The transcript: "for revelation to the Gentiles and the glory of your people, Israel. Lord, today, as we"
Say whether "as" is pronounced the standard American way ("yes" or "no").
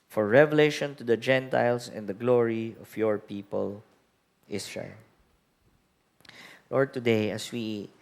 no